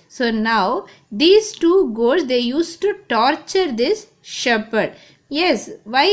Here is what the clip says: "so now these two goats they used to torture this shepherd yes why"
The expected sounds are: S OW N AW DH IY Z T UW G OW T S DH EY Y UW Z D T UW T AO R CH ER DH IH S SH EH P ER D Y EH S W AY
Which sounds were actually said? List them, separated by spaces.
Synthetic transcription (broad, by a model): S OW N AW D IY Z T UW G OW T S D EY Y UW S T UW T AO R CH ER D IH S SH EH P ER D Y EH S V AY